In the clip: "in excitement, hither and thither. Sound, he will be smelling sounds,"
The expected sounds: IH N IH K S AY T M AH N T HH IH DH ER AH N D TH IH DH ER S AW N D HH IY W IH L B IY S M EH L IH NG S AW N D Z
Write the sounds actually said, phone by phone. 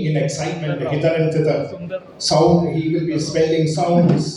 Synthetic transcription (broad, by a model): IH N IH K S AY T M AH N T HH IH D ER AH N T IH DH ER S AW N D HH IY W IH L B IY S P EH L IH NG S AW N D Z